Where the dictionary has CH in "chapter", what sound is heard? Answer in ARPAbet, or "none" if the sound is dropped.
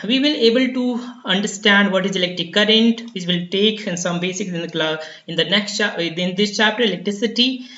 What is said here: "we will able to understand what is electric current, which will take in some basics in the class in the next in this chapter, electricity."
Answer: CH